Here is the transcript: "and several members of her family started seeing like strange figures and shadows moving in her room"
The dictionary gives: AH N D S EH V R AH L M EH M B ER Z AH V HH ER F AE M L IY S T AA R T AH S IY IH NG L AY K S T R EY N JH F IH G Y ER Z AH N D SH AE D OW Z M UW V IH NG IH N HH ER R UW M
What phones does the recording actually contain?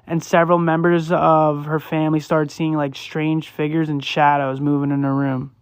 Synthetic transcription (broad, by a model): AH N S EH V R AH L M EH M B ER Z AH V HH ER F AE M L IY S T AA R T S IY IH NG L AY K S T R EY N JH F IH G Y ER Z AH N SH AE D OW Z M UW V IH NG IH N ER R UW M